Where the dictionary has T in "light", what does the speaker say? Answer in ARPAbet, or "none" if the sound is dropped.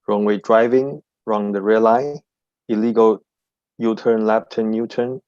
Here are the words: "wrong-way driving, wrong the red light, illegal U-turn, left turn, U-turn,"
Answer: none